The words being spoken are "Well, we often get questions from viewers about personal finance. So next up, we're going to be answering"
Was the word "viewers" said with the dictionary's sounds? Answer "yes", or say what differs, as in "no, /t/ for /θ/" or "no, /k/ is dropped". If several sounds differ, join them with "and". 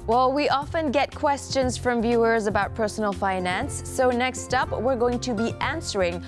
yes